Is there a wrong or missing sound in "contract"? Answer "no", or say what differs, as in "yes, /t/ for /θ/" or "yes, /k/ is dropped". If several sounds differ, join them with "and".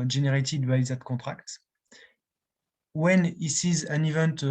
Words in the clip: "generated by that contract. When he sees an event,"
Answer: yes, /n/ is dropped